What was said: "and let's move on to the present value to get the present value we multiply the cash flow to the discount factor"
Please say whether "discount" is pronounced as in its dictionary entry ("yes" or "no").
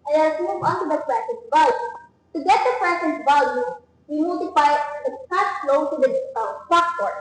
no